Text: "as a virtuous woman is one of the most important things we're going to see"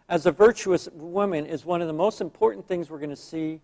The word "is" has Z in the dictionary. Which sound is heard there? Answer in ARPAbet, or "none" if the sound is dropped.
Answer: Z